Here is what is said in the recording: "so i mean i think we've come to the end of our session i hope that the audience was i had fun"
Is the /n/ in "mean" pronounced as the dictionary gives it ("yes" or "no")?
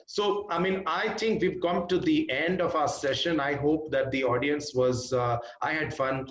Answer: yes